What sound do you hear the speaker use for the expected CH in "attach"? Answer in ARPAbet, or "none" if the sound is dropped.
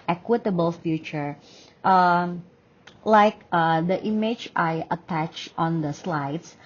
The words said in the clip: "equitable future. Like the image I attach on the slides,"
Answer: CH